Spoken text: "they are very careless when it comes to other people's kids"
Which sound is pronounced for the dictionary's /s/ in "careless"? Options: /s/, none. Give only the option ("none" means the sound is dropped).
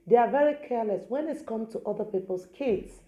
/s/